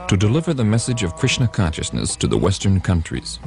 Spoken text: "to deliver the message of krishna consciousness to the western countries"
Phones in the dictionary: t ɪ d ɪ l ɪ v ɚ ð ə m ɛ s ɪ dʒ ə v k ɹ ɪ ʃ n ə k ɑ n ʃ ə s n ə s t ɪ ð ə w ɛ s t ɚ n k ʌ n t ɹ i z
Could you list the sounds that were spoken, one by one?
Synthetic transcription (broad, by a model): t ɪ d ɪ l ɪ v ɚ ð ə m ɛ s ɪ dʒ ə v k ɹ ɪ ʃ n ə k ɑ n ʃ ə s n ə s t ɪ ð ə w ɛ s t ɚ n k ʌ n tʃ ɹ i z